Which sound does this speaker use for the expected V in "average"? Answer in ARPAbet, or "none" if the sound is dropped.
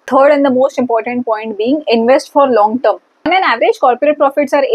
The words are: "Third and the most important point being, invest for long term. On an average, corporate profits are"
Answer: V